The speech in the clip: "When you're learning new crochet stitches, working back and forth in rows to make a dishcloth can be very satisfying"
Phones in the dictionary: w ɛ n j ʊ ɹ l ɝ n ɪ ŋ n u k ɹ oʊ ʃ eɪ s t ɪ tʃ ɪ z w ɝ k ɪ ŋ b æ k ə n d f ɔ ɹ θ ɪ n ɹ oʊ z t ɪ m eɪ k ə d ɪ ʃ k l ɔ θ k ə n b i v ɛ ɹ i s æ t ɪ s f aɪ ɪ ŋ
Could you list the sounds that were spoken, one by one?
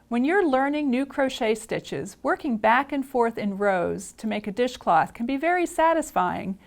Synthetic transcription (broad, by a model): w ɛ n j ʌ ɹ l ɝ n ɪ ŋ n u k ɹ oʊ ʃ eɪ s t ɪ tʃ ɪ z w ɝ k ɪ ŋ b æ k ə n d f ɔ ɹ θ ɪ n ɹ oʊ z t ɪ m eɪ k ə d ɪ ʃ k l ɔ θ k ə n b i v ɛ ɹ i s æ t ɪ s f aɪ ɪ ŋ